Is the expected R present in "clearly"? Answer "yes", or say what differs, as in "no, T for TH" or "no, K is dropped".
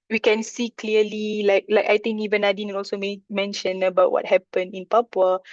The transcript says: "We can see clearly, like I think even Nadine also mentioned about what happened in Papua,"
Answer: no, L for R